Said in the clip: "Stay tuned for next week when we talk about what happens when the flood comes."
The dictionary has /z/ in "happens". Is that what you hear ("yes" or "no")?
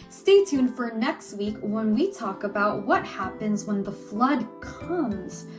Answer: yes